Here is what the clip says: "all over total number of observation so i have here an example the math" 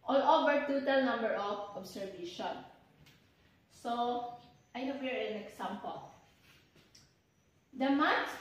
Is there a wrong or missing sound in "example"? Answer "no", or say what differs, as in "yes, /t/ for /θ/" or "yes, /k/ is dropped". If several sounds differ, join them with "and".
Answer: yes, /s/ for /z/